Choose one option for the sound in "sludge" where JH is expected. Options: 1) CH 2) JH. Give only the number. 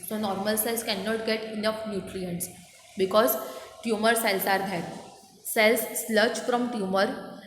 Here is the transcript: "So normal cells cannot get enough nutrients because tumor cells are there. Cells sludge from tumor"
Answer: 1